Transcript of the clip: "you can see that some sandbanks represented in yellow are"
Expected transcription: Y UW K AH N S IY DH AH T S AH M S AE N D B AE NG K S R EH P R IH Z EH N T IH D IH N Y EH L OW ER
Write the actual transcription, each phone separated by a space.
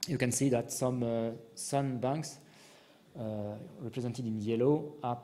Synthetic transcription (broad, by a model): Y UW K AH N S IY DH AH T S AH M S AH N B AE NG K S R EH P R IH Z EH N T IH D IH N Y EH L OW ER